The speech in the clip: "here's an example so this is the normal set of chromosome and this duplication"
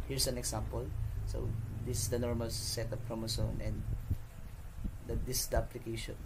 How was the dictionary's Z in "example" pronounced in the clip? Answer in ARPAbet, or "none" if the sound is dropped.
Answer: S